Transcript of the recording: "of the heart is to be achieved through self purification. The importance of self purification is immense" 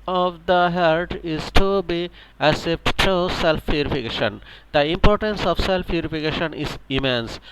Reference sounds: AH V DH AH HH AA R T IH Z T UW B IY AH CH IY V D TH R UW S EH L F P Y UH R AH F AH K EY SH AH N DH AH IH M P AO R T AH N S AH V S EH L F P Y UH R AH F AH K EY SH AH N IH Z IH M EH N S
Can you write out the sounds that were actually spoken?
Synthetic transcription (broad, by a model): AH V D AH HH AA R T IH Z T UW B IY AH S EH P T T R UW S EH L F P Y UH R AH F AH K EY SH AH N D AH IH M P AO R T AH N S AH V S EH L F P Y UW R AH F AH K EY SH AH N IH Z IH M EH N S